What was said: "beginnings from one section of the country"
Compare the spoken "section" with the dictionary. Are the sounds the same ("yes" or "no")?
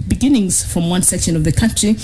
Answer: yes